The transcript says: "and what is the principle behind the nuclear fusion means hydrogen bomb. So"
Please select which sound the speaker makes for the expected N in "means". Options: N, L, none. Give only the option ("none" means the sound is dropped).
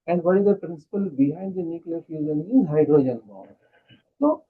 none